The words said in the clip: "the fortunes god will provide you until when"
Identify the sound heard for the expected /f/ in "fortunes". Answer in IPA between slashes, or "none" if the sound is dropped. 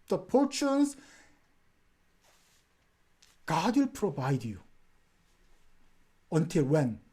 /p/